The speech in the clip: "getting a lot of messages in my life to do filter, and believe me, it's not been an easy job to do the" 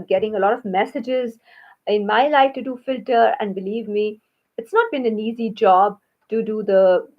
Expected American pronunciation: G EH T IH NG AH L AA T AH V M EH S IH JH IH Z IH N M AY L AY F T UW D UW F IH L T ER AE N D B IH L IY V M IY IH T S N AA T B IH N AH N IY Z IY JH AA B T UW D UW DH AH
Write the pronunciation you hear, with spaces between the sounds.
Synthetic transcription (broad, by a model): G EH T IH NG AH L AA T AH V M EH S IH JH IH Z IH N M AY L AY F T UW D UW F IH L T ER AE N D B IH L IY V M IY IH T S N AA T B IH N AH N IY Z IY JH AA B T UW D UW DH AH